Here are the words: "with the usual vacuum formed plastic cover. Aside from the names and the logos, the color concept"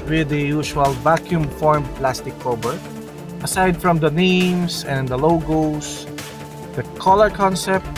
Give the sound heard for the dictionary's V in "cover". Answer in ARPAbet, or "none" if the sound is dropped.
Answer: B